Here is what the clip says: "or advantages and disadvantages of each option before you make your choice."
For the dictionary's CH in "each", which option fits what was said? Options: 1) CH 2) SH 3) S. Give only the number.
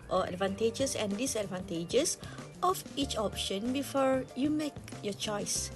1